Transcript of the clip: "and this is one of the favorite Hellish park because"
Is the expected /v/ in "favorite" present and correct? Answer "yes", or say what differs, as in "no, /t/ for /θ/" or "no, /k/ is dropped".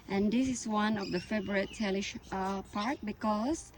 no, /b/ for /v/